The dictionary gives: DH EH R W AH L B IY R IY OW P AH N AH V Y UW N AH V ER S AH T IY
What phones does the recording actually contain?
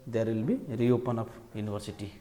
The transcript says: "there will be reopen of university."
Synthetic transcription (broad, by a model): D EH R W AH L B IY R IY OW P AH N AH P Y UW N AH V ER S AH T IY